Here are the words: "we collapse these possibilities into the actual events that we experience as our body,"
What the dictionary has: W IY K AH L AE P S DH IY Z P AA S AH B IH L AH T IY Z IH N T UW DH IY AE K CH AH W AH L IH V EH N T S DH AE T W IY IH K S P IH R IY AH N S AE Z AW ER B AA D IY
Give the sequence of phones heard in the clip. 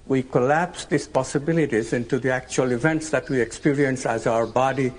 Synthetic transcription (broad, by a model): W IY K AH L AE P S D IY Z P AA S AH B IH L AH T IY Z IH N T UW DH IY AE K CH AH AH L IH V EH N T S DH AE T W IY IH K S P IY R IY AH N S AE Z AW ER B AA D IY